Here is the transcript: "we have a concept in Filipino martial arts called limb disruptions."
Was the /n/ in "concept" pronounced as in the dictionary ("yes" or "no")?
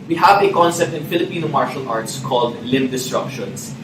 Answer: yes